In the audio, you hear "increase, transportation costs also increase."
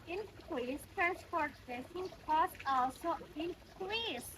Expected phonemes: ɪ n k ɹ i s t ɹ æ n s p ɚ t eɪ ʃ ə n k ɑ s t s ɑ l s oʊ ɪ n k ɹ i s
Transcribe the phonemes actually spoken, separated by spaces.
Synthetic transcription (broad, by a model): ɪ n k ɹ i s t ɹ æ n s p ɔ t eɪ s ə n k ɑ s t ɑ l s oʊ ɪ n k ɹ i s